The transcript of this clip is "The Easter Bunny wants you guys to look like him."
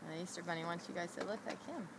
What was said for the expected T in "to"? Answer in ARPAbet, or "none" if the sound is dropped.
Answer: S